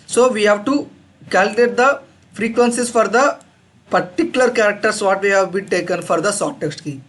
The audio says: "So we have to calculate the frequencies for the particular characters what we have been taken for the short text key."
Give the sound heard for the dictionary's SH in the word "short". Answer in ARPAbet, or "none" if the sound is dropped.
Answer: S